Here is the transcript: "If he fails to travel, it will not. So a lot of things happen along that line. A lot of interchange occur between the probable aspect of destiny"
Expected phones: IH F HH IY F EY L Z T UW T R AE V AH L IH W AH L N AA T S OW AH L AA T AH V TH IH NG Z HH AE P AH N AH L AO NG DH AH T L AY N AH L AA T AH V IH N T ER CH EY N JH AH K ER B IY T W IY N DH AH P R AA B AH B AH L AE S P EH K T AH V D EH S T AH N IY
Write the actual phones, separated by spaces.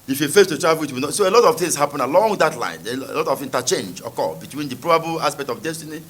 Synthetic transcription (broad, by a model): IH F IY F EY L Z T UW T R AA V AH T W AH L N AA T S OW AH L AA T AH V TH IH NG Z HH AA P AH N AH L AO NG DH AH T L AY N AH L AA T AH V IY N T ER CH EY N JH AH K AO B IY T W IY N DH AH P R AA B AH B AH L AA S P EH K T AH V D EH S T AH N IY